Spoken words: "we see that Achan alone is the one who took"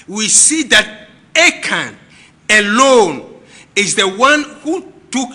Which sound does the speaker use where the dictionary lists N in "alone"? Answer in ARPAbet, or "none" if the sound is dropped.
N